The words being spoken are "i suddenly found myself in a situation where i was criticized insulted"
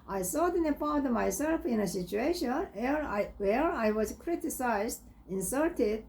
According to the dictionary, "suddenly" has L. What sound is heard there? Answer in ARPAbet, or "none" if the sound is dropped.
none